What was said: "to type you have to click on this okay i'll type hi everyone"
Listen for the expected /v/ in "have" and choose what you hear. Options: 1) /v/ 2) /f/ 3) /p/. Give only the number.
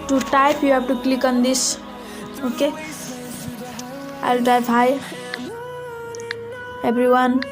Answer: 3